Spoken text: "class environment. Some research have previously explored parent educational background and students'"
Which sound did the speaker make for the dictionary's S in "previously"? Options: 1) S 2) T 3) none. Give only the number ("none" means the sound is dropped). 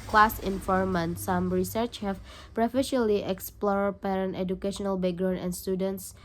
3